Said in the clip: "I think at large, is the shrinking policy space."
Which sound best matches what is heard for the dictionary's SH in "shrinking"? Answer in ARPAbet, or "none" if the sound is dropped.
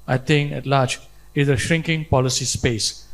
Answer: SH